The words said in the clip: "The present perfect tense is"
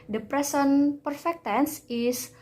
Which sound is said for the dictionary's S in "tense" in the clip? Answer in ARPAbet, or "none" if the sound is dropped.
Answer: S